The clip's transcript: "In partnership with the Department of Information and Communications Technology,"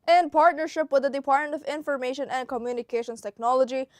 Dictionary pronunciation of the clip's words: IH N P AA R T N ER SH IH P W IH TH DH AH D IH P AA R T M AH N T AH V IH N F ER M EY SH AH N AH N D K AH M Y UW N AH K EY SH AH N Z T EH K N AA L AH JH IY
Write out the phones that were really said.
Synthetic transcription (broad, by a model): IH N P AA R T N ER SH IH P W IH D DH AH D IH P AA R T M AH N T AH V IH N F ER M EY SH AH N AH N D K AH M Y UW N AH K EY SH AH N S T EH K N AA L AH JH IY